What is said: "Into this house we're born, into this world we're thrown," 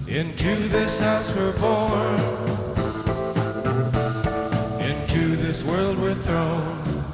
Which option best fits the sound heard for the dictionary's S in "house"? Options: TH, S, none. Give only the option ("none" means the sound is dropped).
S